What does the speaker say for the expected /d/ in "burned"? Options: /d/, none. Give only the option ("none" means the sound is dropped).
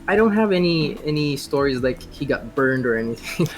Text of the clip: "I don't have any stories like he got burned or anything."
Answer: /d/